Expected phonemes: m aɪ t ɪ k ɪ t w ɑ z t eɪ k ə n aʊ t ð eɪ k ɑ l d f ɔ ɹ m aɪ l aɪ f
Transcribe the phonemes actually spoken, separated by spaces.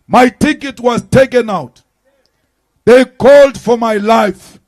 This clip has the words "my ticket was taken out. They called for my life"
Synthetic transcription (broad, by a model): m aɪ t ɪ k ɪ t w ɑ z t eɪ k ə n aʊ t ð eɪ k ɑ l d f ɔ ɹ m aɪ l aɪ f